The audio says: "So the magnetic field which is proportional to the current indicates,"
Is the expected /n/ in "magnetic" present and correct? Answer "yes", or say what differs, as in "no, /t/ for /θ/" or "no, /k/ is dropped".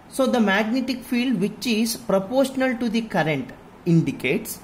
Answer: yes